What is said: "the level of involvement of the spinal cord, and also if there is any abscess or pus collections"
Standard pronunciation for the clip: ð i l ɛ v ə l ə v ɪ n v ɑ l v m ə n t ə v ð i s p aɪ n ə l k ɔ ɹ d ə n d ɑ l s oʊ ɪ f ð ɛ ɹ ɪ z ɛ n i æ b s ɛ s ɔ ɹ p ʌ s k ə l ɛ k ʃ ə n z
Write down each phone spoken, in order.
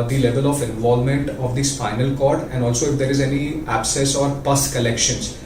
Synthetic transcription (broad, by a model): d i l ɛ v ə l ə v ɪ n v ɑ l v m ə n t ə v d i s f aɪ n ə l k ɔ ɹ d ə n d ɑ l s oʊ ɪ f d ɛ ɹ ɪ z ɛ n i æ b s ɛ s ɔ ɹ p ʌ s k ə l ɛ k ʃ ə n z